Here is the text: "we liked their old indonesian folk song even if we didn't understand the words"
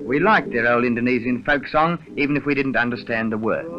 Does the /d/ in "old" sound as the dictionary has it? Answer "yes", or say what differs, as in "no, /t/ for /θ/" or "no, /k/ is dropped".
no, /d/ is dropped